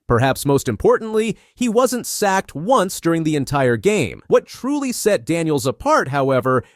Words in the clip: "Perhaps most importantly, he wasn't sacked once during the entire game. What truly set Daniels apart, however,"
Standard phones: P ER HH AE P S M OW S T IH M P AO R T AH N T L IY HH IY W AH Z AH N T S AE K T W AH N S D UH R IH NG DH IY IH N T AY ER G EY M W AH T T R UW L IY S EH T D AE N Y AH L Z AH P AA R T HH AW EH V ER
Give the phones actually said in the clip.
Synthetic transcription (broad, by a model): P ER HH AE P S M OW S T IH M P AO R T N T L IY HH IY W AH Z AH N T S AE K T W AH N S D UH R IH NG DH IY IH N T AY ER G EY M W AH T T R UW L IY S EH T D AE N Y L Z AH P AA R T HH AW EH V ER